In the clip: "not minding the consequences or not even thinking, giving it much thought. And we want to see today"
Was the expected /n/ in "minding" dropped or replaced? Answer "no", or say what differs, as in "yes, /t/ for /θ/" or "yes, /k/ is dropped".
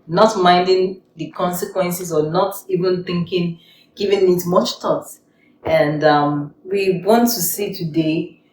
no